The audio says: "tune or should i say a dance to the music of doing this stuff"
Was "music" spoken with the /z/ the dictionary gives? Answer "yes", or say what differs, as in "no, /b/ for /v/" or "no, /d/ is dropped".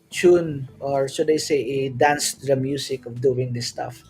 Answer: no, /s/ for /z/